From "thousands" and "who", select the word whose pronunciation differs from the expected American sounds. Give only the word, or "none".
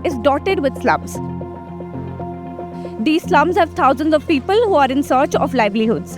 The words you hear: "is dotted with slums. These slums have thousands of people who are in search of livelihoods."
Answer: thousands